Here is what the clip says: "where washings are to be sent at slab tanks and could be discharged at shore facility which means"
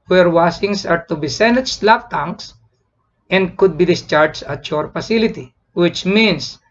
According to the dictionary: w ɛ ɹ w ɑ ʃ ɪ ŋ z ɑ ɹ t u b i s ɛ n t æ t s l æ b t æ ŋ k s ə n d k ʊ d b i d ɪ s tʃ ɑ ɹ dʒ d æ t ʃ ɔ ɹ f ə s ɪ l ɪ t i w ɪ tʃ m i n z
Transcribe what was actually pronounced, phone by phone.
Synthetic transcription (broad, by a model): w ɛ ɹ w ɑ s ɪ ŋ s ɑ ɹ t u b i s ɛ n ɪ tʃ l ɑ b t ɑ ŋ k s ə n d k ʊ d b i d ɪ s tʃ ɑ ɹ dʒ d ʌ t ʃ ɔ ɹ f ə s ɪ l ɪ t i w ɪ tʃ m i n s